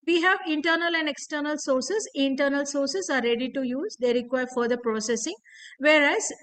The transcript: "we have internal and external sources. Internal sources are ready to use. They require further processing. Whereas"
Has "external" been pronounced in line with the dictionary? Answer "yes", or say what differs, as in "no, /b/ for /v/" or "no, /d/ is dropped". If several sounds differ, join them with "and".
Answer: yes